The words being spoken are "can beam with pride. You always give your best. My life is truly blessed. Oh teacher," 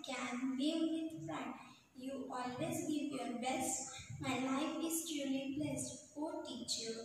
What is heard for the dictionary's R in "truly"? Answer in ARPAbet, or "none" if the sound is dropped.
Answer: none